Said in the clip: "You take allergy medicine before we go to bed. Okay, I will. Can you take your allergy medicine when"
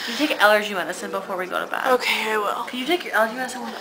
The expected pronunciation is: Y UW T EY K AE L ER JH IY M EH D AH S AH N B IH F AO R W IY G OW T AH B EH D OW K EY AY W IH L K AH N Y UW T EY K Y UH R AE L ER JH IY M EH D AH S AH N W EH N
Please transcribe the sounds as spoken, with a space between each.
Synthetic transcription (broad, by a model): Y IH T EY K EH L ER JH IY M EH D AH S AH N B IH F AO R W IY G OW T AH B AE OW K EY AY W IH L K AH N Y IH T EY K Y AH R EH L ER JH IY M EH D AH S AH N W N